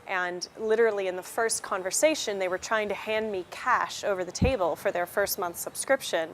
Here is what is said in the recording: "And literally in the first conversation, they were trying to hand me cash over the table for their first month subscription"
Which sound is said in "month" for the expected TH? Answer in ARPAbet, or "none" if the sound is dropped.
TH